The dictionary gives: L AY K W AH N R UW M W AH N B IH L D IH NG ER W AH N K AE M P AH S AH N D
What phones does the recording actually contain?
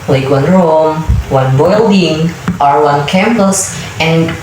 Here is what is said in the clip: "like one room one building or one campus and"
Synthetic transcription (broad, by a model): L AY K W AH N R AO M W AH N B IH L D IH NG ER W AH N K AE M P AH S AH N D